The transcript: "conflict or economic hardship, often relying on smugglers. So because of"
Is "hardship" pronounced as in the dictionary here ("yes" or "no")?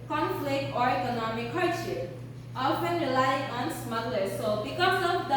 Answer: no